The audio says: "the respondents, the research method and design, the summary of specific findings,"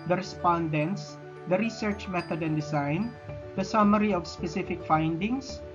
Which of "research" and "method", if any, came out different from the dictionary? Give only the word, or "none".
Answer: method